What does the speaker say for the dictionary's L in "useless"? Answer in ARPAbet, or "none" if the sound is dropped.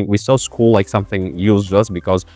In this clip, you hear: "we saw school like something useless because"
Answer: none